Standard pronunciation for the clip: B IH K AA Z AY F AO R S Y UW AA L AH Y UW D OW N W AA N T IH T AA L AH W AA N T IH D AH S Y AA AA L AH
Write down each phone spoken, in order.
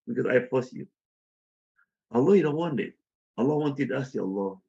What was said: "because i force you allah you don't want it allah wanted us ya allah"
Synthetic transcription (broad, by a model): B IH K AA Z AY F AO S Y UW AA L AH Y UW D OW N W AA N IH T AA L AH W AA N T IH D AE S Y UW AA L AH